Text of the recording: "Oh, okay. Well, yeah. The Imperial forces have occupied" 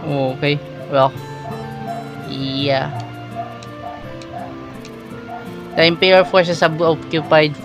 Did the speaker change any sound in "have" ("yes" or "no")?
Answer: yes